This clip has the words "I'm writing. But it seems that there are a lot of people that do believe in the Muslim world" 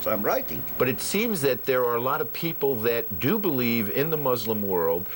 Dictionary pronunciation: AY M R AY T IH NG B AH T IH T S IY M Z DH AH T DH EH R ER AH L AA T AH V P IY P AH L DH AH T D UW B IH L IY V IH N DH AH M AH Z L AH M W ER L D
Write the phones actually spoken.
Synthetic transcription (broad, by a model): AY M R AY T IH NG B AH T IH T S IY M Z DH AH T DH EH R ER AH L AA T AH V P IY P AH L DH AH T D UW B IH L IY V IH N DH AH M AH Z L AH M W ER L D